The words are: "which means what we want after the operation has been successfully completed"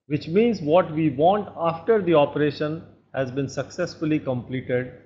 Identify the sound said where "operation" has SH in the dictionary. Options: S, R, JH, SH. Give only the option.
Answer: SH